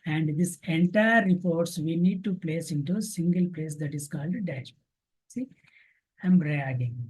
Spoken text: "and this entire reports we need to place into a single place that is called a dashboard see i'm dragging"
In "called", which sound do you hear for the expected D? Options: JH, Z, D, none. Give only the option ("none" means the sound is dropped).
D